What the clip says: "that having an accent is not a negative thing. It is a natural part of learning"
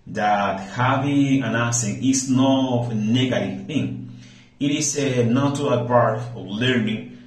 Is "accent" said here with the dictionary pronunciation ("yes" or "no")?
no